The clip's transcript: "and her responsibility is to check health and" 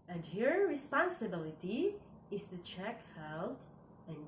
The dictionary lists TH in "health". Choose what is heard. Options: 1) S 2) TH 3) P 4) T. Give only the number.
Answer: 4